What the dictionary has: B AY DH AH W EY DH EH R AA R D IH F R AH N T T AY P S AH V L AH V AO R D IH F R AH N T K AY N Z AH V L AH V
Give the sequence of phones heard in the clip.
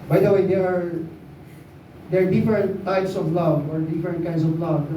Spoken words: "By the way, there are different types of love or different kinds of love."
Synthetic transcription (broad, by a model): B AY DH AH W EY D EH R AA R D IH F R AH N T T AY P S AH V L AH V AO R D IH F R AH N T K AY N S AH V L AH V